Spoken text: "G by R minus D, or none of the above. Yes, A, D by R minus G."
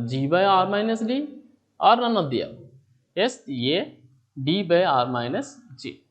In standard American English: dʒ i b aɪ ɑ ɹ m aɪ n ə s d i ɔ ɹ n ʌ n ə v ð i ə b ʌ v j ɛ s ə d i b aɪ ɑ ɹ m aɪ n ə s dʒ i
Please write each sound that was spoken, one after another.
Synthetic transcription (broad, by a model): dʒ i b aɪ ɑ ɹ m aɪ n ə s d i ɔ ɹ n ʌ n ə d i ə ɛ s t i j ə d i b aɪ ɑ ɹ m aɪ n ə s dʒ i